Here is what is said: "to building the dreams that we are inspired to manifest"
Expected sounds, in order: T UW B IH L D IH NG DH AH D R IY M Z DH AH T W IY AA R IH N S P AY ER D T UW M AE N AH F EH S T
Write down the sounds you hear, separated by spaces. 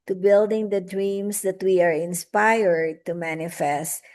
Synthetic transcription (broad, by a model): T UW B IH L D IH NG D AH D R IY M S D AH T W IY AA R IH N S P AY ER D T UW M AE N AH F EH S T